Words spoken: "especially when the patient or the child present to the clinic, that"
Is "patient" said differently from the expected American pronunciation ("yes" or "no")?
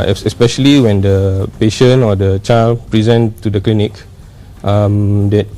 yes